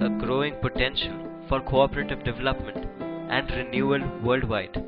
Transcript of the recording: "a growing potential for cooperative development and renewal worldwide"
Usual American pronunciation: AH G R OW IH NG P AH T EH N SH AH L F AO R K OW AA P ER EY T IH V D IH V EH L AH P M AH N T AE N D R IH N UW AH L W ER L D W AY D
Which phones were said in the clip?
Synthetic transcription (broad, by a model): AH G R OW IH NG P AH T EH N SH AH L F AO R K OW AA P ER EY T IH V D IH V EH L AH P M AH N T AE N D R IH N UW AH L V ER L D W AY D